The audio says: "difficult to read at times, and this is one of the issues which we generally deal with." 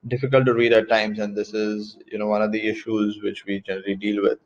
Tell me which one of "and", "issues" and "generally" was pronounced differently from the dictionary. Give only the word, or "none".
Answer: none